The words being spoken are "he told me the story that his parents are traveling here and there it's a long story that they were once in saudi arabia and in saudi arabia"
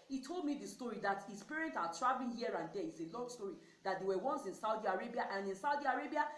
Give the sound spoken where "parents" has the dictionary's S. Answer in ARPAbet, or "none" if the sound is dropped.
none